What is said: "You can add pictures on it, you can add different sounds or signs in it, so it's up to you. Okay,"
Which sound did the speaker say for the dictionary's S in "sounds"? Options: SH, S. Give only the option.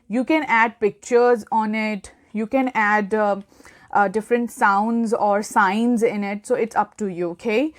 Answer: S